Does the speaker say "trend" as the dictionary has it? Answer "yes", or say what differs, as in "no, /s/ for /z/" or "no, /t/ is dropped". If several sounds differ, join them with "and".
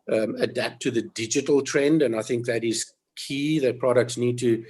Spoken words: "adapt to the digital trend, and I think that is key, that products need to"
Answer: yes